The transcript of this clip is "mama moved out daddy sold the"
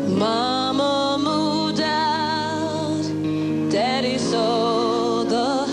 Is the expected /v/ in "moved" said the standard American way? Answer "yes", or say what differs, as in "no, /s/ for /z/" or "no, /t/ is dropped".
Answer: no, /v/ is dropped